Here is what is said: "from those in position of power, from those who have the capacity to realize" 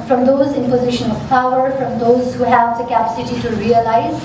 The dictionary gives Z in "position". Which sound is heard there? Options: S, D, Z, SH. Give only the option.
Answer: Z